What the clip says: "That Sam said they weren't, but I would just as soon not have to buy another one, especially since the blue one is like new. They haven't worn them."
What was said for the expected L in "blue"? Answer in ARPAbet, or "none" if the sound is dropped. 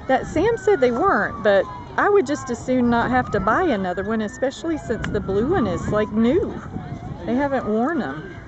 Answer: L